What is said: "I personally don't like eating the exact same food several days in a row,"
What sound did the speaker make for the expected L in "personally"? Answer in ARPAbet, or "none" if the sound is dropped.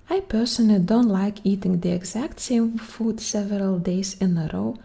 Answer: none